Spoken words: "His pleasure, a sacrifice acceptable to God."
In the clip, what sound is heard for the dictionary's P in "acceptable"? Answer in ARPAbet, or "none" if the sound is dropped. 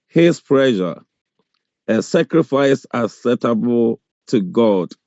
none